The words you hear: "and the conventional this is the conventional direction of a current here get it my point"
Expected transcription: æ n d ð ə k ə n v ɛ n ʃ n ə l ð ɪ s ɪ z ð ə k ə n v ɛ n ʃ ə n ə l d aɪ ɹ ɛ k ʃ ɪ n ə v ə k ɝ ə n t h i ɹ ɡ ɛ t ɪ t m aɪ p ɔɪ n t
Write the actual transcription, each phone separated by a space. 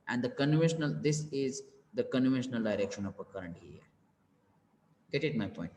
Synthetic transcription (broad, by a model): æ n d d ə k ə n v ɛ n ʃ n ə l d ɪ s ɪ z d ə k ə n v ɛ n ʃ ə n ə l d aɪ ɹ ɛ k ʃ ɪ n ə p ə k ɝ ə n t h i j ɡ ɛ t ɪ t m aɪ p ɔɪ n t